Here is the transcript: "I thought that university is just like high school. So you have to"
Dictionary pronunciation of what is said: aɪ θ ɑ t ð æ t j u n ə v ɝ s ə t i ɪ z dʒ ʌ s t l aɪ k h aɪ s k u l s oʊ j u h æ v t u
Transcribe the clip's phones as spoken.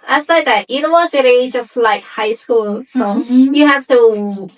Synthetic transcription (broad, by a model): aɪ s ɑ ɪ ð æ t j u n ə w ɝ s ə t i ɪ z dʒ ʌ s t l aɪ k h aɪ s k u l s oʊ j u h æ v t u